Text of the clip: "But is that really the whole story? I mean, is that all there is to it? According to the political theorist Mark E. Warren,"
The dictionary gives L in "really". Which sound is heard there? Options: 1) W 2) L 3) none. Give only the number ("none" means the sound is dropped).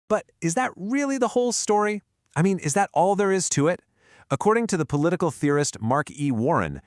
2